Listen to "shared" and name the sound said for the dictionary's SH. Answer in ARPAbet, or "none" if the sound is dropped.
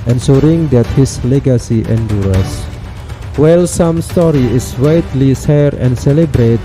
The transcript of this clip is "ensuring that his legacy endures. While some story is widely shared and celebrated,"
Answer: S